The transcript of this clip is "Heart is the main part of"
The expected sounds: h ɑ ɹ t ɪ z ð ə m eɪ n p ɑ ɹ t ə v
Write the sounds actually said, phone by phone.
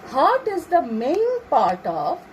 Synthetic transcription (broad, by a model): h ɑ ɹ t ɪ z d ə m eɪ l p ɑ ɹ t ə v